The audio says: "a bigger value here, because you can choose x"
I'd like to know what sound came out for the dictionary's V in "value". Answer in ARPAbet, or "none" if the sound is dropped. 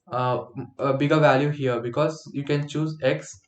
V